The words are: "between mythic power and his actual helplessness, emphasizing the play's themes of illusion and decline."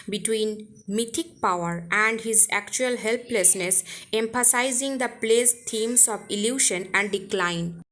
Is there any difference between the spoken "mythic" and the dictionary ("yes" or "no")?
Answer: yes